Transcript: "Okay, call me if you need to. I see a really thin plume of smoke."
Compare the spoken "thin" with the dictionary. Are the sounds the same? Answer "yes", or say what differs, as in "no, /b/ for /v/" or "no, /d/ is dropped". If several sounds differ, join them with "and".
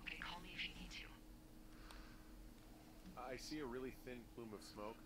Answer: yes